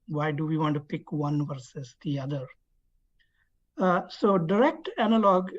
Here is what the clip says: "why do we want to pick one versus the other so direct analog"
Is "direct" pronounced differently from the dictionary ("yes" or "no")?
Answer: no